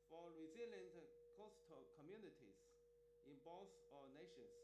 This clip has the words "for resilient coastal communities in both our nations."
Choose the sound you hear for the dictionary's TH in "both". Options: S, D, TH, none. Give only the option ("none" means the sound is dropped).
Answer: S